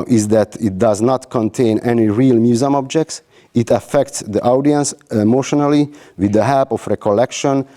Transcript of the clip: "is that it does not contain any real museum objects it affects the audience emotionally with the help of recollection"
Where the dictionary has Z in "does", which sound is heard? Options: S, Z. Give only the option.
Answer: Z